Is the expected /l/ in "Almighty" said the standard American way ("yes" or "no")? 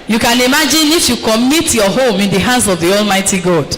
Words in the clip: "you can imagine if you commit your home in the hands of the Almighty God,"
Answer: yes